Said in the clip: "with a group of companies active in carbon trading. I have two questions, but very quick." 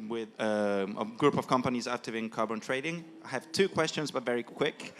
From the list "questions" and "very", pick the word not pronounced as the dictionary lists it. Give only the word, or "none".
none